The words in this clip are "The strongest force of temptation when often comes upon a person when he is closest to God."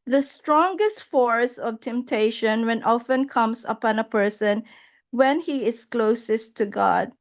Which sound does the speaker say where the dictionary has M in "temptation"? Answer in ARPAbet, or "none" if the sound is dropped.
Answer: M